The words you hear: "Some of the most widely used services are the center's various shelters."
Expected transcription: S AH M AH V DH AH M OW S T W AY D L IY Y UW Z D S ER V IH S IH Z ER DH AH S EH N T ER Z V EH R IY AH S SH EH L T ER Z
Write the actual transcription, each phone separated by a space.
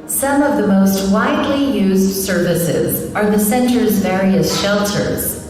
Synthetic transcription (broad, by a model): S AH M AH V DH AH M OW S T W AY D L IY Y UW Z D S ER V IH S IH Z ER DH AH S EH N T ER Z V EH R IY AH S SH EH L T ER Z